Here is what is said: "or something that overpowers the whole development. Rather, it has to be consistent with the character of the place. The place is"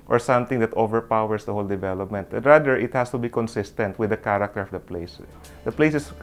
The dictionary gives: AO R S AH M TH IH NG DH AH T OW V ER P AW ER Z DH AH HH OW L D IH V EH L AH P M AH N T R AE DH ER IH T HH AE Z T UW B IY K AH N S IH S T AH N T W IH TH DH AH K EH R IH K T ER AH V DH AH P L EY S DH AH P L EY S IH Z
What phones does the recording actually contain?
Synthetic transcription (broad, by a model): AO R S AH M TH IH NG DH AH T OW V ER P AW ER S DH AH HH OW L D IH V EH L AH P M AH N T R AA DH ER IH T HH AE S T UW B IY K AH N S IH S T AH N T W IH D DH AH K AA R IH K T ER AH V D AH P L EY S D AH P L EY S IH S